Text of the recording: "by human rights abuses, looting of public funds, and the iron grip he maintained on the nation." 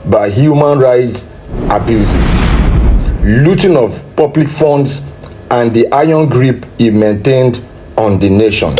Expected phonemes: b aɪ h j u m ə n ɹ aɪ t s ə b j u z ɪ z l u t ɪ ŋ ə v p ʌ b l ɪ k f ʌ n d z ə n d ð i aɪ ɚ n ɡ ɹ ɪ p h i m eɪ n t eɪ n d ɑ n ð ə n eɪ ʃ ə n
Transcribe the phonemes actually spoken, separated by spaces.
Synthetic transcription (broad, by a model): b aɪ h j u m ə n ɹ aɪ t s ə b j u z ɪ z l u t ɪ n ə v p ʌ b l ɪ k f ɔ n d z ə n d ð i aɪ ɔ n ɡ ɹ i p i m eɪ n t eɪ n d ɑ n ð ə n eɪ ʃ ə n